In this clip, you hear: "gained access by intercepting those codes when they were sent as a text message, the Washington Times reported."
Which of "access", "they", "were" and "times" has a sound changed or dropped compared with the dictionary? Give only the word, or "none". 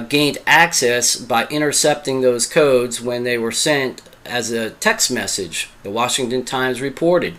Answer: none